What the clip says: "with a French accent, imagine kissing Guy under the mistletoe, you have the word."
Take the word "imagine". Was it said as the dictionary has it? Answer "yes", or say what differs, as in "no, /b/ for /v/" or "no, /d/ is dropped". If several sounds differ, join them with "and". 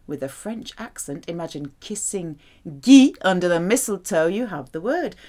yes